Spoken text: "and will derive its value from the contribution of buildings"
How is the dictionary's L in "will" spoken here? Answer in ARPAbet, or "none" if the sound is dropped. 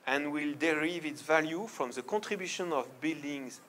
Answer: L